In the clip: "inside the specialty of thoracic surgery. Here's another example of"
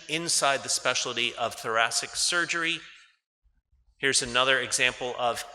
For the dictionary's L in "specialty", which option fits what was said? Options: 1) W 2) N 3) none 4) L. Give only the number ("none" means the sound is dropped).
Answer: 3